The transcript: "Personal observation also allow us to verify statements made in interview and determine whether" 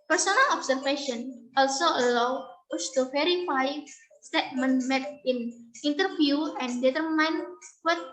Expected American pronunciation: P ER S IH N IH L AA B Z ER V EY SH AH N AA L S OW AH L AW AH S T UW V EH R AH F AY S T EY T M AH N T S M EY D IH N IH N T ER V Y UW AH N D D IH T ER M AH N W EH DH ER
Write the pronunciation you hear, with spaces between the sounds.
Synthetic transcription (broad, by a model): P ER S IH N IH L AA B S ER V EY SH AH N AA L S OW AH L AW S T UW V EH R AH F AY S T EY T M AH N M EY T IH N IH N T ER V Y UW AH N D D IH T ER M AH N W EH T